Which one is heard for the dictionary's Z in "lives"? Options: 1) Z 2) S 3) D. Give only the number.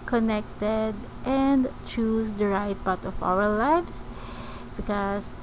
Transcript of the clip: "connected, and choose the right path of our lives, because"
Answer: 2